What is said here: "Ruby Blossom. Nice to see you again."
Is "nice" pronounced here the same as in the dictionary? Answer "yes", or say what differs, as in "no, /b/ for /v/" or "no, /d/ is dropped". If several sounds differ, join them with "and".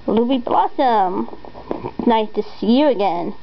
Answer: no, /s/ is dropped